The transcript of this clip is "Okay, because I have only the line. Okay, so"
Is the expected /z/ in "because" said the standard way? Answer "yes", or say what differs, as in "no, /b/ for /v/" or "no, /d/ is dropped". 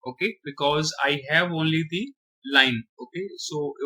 yes